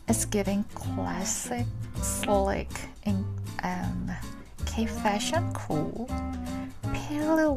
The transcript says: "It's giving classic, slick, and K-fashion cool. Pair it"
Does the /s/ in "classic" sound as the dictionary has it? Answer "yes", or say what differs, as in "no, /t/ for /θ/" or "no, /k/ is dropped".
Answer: yes